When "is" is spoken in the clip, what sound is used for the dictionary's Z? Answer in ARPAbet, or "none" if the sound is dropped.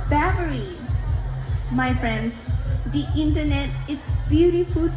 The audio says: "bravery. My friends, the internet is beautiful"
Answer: S